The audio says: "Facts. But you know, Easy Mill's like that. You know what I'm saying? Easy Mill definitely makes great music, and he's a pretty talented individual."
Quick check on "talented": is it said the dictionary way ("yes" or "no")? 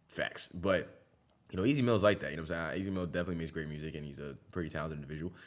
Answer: no